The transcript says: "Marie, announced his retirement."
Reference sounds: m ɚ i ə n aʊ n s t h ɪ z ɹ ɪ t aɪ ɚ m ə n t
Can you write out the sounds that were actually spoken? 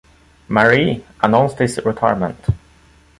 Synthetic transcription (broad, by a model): m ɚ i ə n aʊ n s t h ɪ s ɹ ɪ t aɪ ɚ m ə n t